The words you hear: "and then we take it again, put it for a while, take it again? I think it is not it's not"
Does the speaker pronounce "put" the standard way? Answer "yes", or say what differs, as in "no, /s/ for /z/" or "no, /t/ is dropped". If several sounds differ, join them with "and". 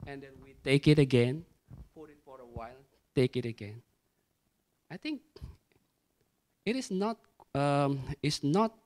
no, /f/ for /p/